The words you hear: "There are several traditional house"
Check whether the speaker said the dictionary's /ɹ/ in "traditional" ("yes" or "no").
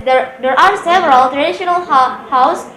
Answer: yes